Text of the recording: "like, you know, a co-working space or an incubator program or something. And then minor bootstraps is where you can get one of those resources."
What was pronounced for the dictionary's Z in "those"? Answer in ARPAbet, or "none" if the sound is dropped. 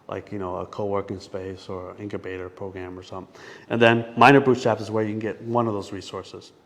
Z